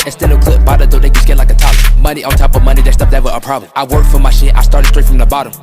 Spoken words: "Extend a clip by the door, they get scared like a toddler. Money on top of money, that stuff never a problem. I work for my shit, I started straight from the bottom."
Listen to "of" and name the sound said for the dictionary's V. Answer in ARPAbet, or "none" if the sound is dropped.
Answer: V